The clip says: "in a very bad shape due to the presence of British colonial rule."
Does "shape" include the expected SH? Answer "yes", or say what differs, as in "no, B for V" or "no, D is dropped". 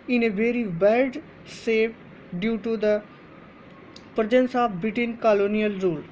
no, S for SH